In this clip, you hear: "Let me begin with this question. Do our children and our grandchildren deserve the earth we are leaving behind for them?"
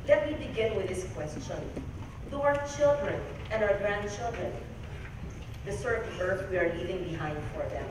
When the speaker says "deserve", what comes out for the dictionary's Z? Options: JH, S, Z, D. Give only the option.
S